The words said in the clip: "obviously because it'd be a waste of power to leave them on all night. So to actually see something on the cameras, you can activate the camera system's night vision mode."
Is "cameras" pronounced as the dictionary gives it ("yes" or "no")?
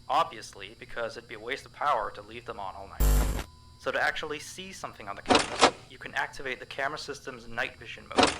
no